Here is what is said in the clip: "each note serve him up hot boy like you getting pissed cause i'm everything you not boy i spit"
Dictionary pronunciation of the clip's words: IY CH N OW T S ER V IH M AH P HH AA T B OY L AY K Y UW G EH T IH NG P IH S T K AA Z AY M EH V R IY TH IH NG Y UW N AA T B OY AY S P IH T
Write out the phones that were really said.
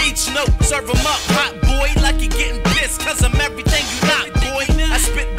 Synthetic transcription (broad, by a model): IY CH N OW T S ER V IH M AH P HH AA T B OY L AY K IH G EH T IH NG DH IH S K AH Z AY M EH V R IY TH IH NG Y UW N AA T B OY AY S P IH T